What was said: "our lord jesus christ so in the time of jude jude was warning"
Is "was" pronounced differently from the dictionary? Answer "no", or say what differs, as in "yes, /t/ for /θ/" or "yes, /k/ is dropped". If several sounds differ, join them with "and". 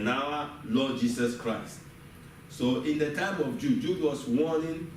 yes, /s/ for /z/